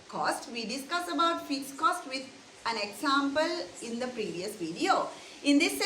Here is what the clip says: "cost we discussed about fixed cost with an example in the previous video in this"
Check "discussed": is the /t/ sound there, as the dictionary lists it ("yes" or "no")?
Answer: no